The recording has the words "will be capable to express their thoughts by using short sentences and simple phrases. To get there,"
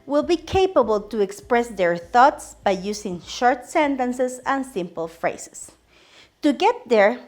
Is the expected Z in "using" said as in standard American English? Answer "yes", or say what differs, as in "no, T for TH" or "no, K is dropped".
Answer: no, S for Z